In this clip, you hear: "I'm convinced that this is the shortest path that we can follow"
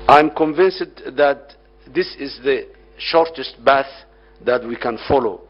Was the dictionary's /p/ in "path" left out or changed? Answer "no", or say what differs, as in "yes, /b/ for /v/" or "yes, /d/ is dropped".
yes, /b/ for /p/